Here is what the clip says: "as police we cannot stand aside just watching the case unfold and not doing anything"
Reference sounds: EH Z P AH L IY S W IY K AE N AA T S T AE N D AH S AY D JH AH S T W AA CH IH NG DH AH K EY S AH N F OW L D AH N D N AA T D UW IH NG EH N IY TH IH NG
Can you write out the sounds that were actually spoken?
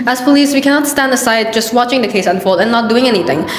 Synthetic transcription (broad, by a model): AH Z P AH L IY S W IY K AE N AA T S T AE N D AH S AY D JH AH S T W AA CH IH NG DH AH K EY S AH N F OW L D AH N N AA T D UW IH NG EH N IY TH IH NG